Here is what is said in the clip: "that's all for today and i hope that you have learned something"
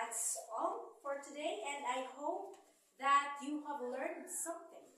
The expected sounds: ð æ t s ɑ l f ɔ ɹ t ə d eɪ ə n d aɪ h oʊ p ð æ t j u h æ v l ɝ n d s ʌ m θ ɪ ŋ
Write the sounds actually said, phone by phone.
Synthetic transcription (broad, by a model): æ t s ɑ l f ɔ ɹ t ə d eɪ ə n d aɪ h oʊ p ð æ t j u h æ v l ɝ n d s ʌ m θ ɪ ŋ